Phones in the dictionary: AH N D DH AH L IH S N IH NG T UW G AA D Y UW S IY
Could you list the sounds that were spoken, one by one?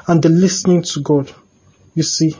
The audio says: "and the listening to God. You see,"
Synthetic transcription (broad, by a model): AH N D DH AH L IH S N IH NG T UW G AA D Y UW S IY